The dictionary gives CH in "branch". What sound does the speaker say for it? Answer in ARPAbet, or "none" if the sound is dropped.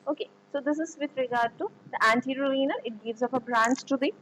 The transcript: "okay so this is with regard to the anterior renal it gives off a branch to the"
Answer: S